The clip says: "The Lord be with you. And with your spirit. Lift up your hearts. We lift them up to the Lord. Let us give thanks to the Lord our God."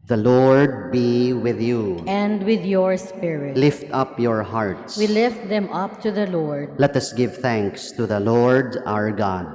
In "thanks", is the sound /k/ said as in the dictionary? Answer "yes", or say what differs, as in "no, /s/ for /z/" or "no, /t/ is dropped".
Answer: yes